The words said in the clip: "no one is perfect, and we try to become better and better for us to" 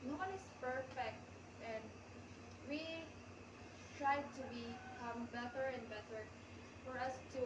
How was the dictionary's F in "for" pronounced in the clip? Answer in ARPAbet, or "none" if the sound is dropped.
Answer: F